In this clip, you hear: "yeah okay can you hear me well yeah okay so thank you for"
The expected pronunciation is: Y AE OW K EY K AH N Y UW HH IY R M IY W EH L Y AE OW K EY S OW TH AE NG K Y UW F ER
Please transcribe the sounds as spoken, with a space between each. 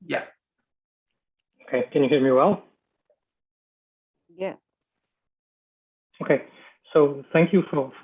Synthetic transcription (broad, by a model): Y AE OW K EY K AH N Y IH HH IY R M IY W EH L Y AE OW K EY S OW TH AE NG K Y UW F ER